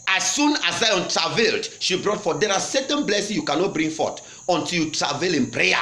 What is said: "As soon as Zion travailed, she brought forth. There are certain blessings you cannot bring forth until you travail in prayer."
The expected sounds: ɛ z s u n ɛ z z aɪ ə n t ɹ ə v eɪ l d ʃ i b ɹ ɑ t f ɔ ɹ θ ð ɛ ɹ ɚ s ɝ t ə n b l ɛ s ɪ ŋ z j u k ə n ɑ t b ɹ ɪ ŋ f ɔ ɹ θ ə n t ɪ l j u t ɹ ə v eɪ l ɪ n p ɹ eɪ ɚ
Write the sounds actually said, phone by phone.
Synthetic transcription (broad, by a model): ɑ s u n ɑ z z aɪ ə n t ɹ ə v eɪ l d ʃ i b ɹ ɑ t f ɔ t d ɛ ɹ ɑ s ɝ t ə n b l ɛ s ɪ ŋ j u k ə n ɑ t b ɹ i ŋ f ɔ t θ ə n t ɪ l j u t ɹ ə v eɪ l ɪ n p ɹ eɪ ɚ